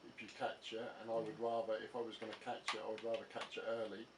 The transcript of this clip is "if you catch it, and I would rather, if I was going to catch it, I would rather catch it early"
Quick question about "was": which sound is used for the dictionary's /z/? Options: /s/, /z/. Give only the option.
/z/